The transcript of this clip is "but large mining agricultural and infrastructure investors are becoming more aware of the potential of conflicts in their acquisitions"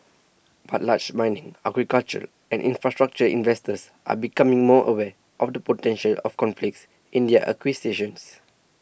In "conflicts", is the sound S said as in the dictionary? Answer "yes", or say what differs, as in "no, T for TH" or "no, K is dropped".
yes